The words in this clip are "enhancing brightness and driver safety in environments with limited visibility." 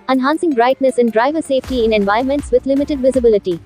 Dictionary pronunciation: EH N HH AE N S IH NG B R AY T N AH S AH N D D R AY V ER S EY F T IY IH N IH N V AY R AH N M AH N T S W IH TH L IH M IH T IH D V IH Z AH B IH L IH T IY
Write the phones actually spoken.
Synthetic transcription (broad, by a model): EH N HH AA N S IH NG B R AY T N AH S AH N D D R AY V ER S EY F T IY IH N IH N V AY AH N M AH N T S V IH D L IH M IH T IH D V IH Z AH B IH L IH T IY